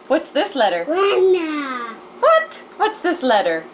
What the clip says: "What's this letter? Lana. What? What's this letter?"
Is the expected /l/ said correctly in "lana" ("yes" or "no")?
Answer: no